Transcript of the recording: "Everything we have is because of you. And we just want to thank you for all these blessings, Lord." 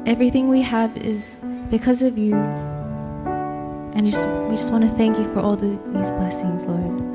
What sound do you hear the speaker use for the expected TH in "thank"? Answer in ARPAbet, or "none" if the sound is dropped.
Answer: TH